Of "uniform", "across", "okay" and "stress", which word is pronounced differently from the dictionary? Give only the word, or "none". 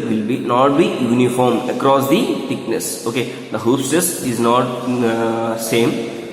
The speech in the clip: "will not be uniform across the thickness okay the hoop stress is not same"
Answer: stress